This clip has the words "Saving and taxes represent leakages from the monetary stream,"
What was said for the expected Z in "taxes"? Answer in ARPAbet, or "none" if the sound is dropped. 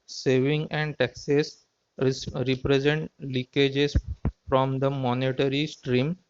S